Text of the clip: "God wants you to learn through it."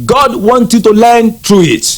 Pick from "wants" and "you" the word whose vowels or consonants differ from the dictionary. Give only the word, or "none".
wants